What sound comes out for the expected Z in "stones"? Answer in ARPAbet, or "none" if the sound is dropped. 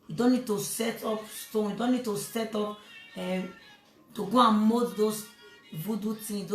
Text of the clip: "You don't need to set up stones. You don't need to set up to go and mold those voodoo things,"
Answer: none